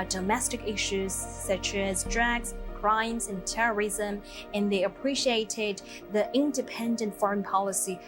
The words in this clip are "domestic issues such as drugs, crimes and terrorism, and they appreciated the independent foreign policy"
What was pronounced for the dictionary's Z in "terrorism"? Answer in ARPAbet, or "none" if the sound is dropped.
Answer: Z